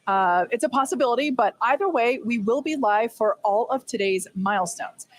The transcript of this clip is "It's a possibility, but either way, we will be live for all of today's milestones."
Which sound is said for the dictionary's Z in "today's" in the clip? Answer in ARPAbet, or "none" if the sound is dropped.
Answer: Z